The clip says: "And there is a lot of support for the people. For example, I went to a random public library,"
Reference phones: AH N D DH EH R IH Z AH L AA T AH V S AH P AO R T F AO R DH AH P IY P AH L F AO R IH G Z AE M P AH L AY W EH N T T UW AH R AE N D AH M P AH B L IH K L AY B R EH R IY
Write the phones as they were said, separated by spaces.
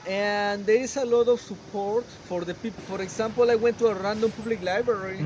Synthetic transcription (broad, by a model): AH N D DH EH R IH S AH L AA T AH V S AH P AO R T F AO R DH AH P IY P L F AO R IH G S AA M P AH L AY W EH N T T UW AH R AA N D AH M P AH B L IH K L AY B R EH R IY